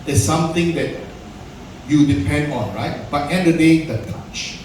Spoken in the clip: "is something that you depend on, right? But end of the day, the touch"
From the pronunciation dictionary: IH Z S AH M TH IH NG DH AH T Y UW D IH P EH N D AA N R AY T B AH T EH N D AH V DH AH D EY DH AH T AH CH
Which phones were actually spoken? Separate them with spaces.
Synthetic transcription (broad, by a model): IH S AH M T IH NG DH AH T Y UW D IH P EH N D AA N R AY T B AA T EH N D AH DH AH D EY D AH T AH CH